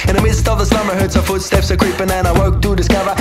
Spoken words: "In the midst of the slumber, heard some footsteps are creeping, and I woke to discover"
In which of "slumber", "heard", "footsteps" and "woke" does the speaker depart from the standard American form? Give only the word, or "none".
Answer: slumber